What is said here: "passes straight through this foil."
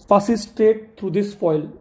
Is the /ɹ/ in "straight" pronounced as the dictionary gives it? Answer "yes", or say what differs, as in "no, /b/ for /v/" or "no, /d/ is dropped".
no, /ɹ/ is dropped